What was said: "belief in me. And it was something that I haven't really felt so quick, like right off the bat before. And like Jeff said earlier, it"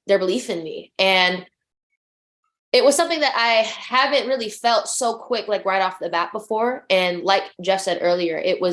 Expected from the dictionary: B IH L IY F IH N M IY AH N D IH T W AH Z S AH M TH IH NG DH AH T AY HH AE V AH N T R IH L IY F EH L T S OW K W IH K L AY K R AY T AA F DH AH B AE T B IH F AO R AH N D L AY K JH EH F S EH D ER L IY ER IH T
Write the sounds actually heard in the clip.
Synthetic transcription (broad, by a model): B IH L IY F IH N M IY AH N IH T W AH Z S AH M TH IH NG DH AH T AY HH AE V AH N T R IH L IY F EH L T S OW K W IH K L AY K R AY T AA F DH AH B AE T B IH F AO R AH N L AY K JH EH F S EH D ER L IY ER IH T